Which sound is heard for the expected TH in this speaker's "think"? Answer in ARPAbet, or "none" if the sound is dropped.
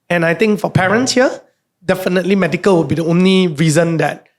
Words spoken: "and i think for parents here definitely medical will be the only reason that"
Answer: T